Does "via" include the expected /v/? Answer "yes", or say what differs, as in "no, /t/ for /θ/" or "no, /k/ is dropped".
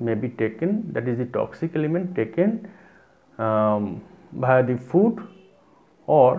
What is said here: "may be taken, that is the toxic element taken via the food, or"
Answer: no, /b/ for /v/